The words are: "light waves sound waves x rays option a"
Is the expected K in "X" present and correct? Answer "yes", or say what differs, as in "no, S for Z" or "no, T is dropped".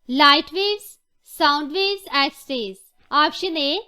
no, K is dropped